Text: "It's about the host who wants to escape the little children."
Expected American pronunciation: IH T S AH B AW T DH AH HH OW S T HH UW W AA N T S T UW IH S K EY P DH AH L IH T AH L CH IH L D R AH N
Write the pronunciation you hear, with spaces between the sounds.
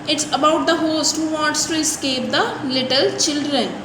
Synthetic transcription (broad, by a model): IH T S AH B AW T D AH HH OW S T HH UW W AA T S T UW IH S K EY P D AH L IH T AH L CH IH L D R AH N